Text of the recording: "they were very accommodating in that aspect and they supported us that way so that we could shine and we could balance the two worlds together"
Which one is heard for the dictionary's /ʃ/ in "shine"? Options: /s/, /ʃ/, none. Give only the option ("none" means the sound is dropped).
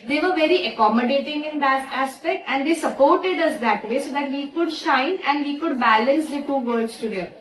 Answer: /ʃ/